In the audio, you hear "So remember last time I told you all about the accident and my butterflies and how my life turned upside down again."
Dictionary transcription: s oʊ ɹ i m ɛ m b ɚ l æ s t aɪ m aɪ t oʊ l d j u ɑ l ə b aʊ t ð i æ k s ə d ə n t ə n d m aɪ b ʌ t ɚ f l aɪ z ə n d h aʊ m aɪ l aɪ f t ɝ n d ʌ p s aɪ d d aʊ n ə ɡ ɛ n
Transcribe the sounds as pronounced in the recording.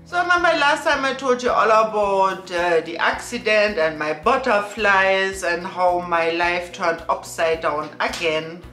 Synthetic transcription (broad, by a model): s oʊ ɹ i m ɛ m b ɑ l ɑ s t aɪ m aɪ t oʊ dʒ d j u ɑ l ə b aʊ t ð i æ k s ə d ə n t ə n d m aɪ b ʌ t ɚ f l aɪ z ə n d h aʊ m aɪ l aɪ f t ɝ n ʌ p s aɪ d d aʊ n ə ɡ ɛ n